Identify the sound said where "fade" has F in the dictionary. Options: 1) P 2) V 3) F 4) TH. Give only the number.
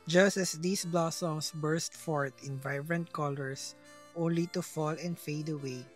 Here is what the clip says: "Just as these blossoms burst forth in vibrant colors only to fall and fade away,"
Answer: 3